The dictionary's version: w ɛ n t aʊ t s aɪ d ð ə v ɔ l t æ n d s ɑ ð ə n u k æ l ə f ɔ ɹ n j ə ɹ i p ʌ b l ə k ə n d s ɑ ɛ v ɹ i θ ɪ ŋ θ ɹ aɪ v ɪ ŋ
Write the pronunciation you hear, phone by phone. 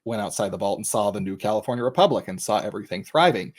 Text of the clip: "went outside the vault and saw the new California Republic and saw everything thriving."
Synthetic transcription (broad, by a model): w ɛ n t aʊ t s aɪ d ð ə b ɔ l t n s ɑ ð ə n u k æ l ə f ɔ ɹ n j ə ɹ i p ʌ b l ə k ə n s ɑ ɛ v ɹ i θ ɪ ŋ θ ɹ aɪ v ɪ ŋ